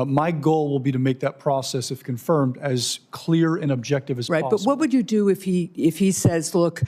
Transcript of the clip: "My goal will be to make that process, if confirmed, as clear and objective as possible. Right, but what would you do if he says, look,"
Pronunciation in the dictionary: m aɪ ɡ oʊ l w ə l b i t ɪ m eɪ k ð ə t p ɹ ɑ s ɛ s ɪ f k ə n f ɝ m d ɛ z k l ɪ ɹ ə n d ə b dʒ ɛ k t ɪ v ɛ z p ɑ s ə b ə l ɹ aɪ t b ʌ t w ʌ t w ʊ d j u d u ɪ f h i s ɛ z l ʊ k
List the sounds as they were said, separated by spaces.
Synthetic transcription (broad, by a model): m aɪ ɡ oʊ l w ə l b i t ɪ m eɪ k ð ə t p ɹ ɑ s ɛ s ɪ f k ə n f ɝ m d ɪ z k l ɪ ɹ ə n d ə b dʒ ɛ k t ɪ v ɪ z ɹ ɑ ə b ə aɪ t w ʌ t w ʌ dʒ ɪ d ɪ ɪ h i ɪ f h i s ɛ z l ʊ k